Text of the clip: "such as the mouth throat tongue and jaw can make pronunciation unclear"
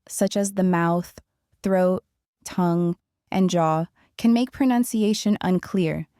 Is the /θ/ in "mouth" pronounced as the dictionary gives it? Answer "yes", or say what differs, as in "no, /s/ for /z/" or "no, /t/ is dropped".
yes